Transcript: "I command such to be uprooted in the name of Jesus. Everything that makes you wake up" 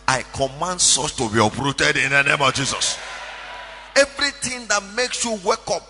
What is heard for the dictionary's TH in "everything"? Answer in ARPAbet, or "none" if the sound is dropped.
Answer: T